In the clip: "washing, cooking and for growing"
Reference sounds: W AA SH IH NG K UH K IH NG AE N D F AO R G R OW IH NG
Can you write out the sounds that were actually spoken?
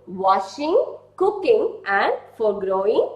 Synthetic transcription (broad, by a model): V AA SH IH NG K UH K IH NG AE N D F AO R G R OW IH NG